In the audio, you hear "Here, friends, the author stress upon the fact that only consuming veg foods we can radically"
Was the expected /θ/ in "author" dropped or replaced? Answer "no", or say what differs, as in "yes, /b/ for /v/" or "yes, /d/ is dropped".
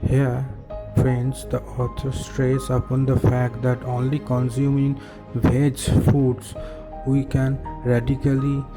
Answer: yes, /t/ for /θ/